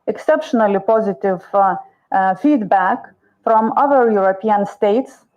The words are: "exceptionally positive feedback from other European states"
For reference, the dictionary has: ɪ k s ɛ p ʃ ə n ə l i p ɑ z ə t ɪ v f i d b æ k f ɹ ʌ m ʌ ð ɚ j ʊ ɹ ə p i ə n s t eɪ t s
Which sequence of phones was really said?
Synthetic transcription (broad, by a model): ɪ k s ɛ p ʃ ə n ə l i p ɑ z ə t ɪ v f i d b æ k f ɹ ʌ m ʌ ð ɚ j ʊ ɹ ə p i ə n s t eɪ t s